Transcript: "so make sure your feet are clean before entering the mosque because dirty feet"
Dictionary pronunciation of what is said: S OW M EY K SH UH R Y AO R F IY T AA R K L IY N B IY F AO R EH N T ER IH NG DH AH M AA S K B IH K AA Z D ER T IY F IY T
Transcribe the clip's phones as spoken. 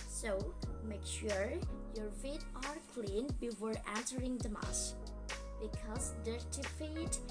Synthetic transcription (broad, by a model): S OW M EY K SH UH R Y AO R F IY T AA R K L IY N B IY F AO R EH N S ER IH NG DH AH M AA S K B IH K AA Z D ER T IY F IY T